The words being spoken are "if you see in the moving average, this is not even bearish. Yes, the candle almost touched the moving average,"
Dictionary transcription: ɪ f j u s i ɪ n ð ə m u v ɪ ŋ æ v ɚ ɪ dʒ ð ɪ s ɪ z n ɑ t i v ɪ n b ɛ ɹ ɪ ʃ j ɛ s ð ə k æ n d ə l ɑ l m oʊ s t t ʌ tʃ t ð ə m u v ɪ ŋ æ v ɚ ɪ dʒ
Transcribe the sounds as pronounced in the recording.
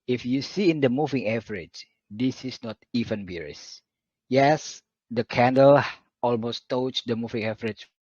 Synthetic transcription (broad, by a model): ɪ f j u s i ɪ n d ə m u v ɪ ŋ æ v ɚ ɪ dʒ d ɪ s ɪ s n ɑ t i v ɪ n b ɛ ɹ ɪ s j ɛ s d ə k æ n d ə l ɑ l m oʊ s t t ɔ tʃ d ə m u v ɪ ŋ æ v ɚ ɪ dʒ